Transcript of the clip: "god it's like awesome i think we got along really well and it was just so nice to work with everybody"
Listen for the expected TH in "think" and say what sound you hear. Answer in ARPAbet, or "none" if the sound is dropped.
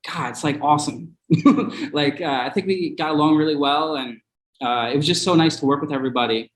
TH